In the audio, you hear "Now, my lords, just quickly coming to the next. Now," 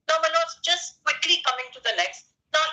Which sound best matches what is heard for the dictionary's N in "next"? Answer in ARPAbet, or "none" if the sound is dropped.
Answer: L